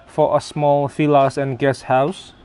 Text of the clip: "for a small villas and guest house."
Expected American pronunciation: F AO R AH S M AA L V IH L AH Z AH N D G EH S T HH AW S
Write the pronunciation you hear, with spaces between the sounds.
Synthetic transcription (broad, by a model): F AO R AH S M AA L F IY L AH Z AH N G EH S HH AW S